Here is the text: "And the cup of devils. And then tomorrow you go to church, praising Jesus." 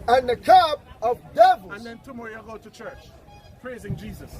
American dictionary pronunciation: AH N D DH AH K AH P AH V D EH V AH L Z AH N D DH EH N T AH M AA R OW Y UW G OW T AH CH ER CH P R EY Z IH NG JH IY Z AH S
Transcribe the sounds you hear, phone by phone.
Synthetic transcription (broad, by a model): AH N DH AH K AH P AH V D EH V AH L AH N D DH EH N T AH M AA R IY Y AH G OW T AH CH ER CH P R EY Z IH NG JH IY Z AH S